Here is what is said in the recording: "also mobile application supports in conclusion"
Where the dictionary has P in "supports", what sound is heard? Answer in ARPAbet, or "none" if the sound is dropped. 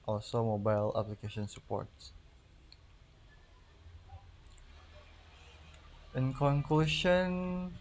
P